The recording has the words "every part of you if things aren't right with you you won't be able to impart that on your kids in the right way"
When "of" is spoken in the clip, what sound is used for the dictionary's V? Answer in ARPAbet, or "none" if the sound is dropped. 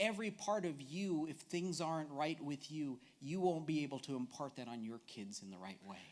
V